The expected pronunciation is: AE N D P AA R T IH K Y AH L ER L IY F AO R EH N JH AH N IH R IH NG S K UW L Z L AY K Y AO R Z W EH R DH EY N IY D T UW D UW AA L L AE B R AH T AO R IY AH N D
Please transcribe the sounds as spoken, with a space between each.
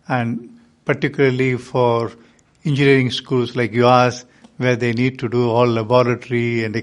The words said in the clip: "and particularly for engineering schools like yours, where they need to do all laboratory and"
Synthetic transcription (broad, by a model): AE N D P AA R T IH K Y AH L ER L IY F AO R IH N JH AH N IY R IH NG S K UW L S L AY K Y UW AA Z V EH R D EY N IY D T UW D UW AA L L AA B R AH T R IY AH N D